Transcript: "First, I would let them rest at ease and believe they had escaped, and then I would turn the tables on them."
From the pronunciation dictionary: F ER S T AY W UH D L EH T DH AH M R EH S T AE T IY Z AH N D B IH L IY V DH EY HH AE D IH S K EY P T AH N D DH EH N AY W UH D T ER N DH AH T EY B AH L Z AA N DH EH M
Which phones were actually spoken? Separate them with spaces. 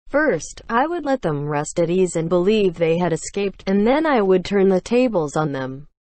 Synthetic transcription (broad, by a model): F ER S T AY W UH D L EH T DH AH M R EH S T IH T IY Z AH N B IH L IY V DH EY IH D IH S K EY P T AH N DH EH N AY W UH D T ER N DH AH T EY B AH L Z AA N DH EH M